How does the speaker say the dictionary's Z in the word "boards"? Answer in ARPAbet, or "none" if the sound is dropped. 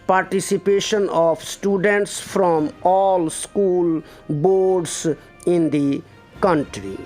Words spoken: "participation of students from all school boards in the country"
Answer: S